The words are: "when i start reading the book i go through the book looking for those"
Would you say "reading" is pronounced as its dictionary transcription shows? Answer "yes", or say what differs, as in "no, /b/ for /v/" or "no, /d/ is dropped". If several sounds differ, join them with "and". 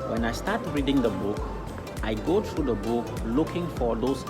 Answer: yes